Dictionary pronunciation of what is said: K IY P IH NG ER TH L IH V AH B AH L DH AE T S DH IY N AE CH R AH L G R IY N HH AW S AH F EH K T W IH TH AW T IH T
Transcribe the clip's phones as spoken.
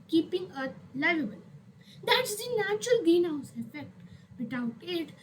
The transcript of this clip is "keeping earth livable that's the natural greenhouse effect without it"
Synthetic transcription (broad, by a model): K IY P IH NG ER T L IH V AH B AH L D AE T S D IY N AE CH R AH L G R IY N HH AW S AH F EH K T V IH T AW T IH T